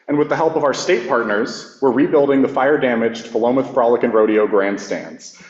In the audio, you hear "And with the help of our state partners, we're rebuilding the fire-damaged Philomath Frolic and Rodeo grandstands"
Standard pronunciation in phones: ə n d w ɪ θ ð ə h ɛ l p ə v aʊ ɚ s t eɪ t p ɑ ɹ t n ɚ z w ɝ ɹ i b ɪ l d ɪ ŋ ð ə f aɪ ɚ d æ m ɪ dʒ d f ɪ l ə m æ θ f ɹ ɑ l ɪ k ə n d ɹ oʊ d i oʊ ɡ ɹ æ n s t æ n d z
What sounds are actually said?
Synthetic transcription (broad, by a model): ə n w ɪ ð ə h ɛ l p ə v aʊ ɚ s t eɪ t p ɑ ɹ t n ɚ z w ɝ ɹ i b ɪ l d ɪ ŋ ð ə f aɪ ɚ d æ m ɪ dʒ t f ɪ l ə m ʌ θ f ɹ ɑ l ɪ k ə n ɹ oʊ d i oʊ ɡ ɹ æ n s t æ n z